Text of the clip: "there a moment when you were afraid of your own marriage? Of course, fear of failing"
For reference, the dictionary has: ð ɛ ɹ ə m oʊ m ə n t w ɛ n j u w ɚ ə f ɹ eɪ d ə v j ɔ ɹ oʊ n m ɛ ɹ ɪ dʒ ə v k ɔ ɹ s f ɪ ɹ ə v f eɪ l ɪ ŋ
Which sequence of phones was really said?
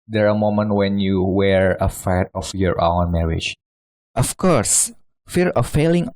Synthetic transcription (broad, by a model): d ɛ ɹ ə m oʊ m ə n t w ɛ n j u w ɚ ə f eɪ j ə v j ɔ ɹ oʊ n m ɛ ɹ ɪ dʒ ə f k ɔ ɹ s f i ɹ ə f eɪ l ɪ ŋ